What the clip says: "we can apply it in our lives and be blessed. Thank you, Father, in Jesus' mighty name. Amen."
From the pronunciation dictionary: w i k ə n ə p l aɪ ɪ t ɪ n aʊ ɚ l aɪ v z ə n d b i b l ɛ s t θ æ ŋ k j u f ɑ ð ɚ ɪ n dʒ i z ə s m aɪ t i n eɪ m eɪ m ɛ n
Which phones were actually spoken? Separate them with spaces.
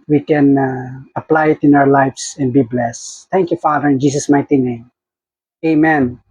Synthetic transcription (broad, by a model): w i k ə n ə p l aɪ ɪ t ɪ n aʊ ɚ l aɪ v s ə n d b i b l ɛ s t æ ŋ k j u f ɑ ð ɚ ɪ n dʒ i s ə s m aɪ t i n eɪ m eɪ m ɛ n